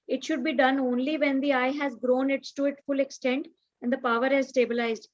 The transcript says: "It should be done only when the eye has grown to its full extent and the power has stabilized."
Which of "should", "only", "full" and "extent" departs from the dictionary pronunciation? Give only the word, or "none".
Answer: none